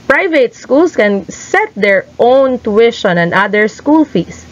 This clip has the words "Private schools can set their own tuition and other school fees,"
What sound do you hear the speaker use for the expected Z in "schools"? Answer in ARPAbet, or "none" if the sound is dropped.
S